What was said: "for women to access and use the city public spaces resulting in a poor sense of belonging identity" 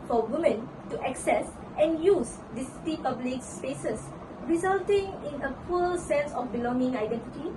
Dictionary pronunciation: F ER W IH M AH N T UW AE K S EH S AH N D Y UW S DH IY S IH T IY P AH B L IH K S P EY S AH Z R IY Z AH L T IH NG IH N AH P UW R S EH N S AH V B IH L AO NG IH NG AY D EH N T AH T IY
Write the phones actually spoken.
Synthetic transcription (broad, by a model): F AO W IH M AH N T UW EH K S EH S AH N Y UW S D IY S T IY P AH B L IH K S P EY S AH S R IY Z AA L T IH NG IH N AH F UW L S EH N S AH F B IH L AO NG IH NG AY D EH N T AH T IY